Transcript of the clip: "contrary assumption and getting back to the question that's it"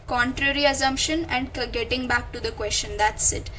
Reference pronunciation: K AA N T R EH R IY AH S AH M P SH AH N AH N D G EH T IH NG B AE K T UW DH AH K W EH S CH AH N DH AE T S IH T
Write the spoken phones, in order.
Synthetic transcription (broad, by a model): K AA N T R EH R IY AH S AH M P SH AH N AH N D G EH T IH NG B AE K T UW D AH K W EH S CH AH N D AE T S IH T